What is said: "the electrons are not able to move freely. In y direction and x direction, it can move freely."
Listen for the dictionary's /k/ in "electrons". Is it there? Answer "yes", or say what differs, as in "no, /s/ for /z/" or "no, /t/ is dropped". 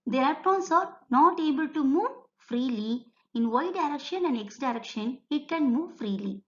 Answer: no, /k/ is dropped